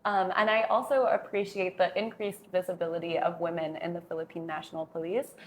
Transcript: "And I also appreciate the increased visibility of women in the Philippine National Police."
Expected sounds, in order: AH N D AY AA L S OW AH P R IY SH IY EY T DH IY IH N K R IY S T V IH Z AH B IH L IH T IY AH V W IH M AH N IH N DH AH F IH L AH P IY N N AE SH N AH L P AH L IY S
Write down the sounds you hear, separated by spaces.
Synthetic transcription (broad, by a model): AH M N AY AA L S OW AH P R IY SH IY EY T DH IY IH N K R IY S T V IH Z AH B IH L IH T IY AH V W IH M AH N IH N DH AH F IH L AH P IY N N AE SH N L P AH L IY S